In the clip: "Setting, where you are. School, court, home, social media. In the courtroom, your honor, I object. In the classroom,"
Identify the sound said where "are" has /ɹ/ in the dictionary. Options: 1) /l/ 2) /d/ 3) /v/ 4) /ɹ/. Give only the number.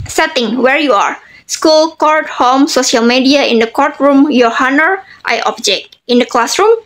4